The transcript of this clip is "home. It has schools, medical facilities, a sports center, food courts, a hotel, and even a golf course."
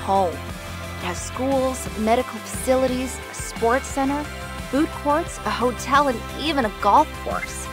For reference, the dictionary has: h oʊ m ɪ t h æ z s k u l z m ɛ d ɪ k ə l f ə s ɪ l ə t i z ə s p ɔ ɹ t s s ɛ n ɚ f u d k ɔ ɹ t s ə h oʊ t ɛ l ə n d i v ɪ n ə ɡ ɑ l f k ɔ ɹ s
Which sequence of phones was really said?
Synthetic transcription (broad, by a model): h oʊ m ɪ t h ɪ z s k u l z m ɛ d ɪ k l f ə s ɪ l ə t i z ə s p ɔ ɹ t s s ɛ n ɚ f u d k ɔ ɹ t s ə h oʊ t ɛ l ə n i v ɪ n ə ɡ ɑ l f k ɔ ɹ s